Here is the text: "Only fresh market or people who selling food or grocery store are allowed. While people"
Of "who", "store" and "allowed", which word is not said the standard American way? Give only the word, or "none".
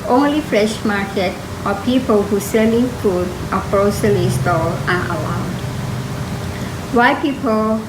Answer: store